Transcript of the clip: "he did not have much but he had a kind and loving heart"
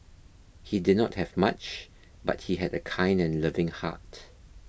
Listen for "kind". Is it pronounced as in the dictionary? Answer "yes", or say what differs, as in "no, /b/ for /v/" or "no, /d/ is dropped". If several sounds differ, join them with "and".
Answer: yes